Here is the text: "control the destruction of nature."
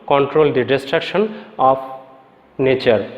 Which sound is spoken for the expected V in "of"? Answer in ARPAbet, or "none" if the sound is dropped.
P